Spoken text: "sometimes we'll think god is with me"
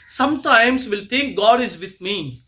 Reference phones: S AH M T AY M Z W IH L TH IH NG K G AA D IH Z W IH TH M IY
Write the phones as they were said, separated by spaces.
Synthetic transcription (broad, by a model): S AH M T AY M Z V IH L T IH NG K G AA D IH Z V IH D M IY